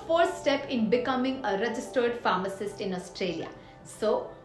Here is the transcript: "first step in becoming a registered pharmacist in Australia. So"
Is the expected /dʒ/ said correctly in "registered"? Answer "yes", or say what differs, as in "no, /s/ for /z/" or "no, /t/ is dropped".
yes